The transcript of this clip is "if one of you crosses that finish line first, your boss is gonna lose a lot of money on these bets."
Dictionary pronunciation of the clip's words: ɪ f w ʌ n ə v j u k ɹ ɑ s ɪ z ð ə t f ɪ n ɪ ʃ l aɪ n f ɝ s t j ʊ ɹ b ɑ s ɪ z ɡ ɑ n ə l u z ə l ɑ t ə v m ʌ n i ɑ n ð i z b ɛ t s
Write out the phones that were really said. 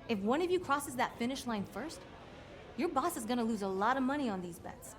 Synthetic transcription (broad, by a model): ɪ f w ʌ n ə v j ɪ k ɹ ɑ s ɪ z ð ə t f ɪ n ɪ ʃ l aɪ n f ɝ s t j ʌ ɹ b ɑ s ɪ z ɡ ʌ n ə l u z ə l ɑ t ə v m ʌ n i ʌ n ð i z b ɛ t s